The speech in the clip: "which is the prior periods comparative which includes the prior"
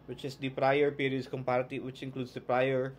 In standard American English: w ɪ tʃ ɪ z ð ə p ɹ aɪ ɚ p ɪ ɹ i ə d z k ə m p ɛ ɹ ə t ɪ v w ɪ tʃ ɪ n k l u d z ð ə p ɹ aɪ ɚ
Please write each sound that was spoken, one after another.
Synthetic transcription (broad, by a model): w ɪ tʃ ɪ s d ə p ɹ aɪ ɚ p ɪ ɹ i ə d s k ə m p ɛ ɹ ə t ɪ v w ɪ tʃ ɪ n k l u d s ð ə p ɹ aɪ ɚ